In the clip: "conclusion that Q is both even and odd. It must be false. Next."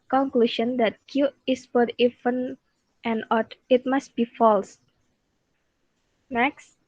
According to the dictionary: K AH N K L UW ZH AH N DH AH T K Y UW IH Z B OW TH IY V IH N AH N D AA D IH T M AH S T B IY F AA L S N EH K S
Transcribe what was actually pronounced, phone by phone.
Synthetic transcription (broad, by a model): K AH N K L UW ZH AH N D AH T K Y UW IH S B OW T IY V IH N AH N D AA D IH T M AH S T B IY F AA L S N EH K S